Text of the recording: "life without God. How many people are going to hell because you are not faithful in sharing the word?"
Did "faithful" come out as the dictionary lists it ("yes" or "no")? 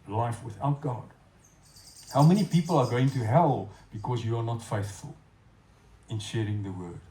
yes